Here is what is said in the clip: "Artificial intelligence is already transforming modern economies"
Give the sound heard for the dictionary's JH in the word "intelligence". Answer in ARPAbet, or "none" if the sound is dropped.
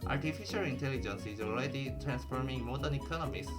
JH